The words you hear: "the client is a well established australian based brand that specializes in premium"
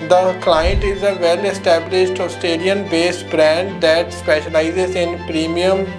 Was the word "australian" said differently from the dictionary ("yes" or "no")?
yes